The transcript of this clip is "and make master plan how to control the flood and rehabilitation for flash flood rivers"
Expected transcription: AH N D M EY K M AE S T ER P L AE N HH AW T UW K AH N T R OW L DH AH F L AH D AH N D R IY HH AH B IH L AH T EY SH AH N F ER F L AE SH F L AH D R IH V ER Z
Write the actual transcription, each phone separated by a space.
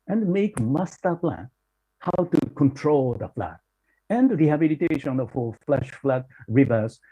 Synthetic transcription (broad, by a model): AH N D M EY K M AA S T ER P L AE N HH AW T UW K AH N T R OW L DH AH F L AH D AH N D R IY HH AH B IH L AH T EY SH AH N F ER F L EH SH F L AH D R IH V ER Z